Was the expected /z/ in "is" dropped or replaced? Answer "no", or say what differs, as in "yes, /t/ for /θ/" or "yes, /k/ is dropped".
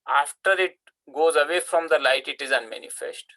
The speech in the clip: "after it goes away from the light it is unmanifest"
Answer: no